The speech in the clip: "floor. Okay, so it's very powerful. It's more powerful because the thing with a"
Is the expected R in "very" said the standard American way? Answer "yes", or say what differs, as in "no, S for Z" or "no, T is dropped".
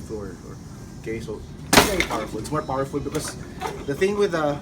no, R is dropped